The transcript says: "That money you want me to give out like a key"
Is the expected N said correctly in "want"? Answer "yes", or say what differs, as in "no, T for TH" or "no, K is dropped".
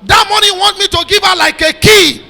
yes